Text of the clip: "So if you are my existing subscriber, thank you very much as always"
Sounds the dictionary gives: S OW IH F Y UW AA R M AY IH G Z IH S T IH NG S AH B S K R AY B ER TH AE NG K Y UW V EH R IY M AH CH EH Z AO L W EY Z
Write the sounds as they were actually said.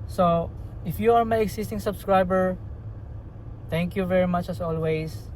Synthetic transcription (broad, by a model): S OW IH F Y UW AA R M AY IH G S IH S T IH NG S AH B S K R AY B ER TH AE NG K Y UW V EH R IY M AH CH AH S AO L W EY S